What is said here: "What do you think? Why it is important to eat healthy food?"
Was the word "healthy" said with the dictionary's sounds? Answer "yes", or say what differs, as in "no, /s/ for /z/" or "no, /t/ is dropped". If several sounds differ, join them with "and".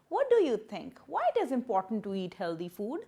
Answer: no, /t/ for /θ/